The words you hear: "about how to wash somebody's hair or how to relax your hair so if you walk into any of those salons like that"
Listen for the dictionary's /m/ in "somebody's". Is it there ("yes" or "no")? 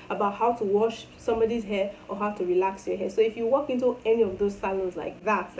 yes